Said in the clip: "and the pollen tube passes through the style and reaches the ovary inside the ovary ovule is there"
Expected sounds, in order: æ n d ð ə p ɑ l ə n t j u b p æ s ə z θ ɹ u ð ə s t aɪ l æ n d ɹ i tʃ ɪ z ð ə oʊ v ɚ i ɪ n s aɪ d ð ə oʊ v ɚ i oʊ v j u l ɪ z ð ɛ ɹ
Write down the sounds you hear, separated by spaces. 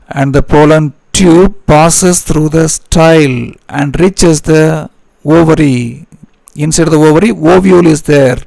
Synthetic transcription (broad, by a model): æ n d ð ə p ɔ l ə n t j u b p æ s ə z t ɹ u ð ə s t aɪ l æ n d ɹ i tʃ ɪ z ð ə oʊ v ɚ i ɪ n s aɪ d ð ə oʊ v ɚ i oʊ v j u l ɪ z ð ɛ ɹ